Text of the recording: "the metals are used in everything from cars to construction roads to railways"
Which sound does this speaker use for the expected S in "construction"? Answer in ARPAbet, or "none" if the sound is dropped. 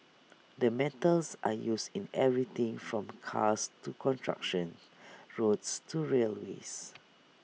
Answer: none